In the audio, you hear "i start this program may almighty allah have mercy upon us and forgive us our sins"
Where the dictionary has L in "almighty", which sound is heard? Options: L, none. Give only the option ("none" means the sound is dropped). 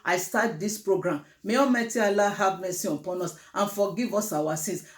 none